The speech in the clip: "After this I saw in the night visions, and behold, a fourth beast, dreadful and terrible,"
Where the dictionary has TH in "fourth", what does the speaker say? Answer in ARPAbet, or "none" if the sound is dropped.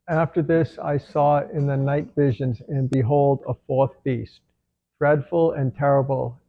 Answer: TH